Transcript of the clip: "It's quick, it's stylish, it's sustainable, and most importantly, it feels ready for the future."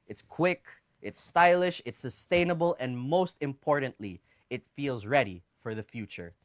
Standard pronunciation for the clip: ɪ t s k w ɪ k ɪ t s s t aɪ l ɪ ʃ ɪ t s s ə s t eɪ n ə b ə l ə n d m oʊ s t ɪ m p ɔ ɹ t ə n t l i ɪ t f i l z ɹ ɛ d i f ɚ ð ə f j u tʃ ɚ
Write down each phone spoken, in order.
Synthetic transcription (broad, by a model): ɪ t s k w ɪ k ɪ t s s t aɪ l ɪ ʃ ɪ t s s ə s t eɪ n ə b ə l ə n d m oʊ s t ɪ m p ɔ ɹ t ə n t l i ɪ t f i l z ɹ ɛ d i f ɚ ð ə f j u tʃ ɚ